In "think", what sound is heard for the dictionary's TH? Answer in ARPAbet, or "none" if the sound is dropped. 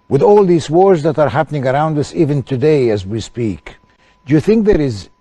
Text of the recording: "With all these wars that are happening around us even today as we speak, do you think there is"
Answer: TH